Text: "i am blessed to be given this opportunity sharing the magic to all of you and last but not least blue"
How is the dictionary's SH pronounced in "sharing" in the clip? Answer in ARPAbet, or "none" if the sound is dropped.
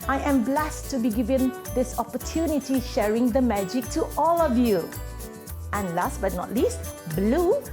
SH